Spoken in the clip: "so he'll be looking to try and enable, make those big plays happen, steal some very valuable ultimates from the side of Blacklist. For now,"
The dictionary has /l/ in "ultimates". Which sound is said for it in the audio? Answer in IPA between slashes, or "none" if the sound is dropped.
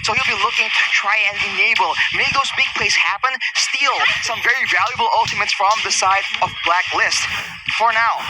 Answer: /l/